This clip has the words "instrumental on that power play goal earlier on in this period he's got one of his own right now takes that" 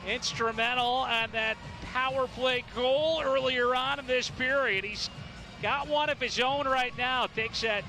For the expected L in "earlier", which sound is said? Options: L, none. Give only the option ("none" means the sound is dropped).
L